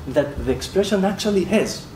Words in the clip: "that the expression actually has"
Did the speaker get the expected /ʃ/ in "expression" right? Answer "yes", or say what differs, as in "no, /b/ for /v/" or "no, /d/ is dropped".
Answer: yes